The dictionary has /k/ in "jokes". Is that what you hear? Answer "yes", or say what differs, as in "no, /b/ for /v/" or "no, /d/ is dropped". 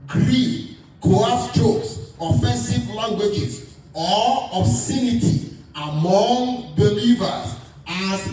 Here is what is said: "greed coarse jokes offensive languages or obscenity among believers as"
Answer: no, /k/ is dropped